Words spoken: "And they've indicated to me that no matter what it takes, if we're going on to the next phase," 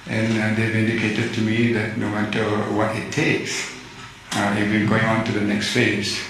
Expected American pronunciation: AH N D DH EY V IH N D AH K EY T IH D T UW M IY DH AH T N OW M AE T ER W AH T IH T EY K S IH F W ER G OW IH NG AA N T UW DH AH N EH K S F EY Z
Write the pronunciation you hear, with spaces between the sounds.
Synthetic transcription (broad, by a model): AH N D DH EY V IH N D AH K EY T IH D T UW M IY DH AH T N OW M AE T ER W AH T IH T EY K S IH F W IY G OW IH NG AA N T UW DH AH N EH K S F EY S